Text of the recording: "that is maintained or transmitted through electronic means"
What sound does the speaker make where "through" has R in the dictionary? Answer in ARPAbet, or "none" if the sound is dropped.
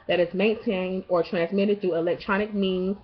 none